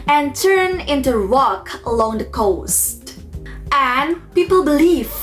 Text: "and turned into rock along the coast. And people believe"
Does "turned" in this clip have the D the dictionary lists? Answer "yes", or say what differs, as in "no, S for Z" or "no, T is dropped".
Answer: no, D is dropped